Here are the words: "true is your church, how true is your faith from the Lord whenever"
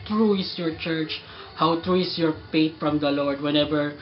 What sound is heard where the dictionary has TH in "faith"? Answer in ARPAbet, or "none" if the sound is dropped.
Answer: T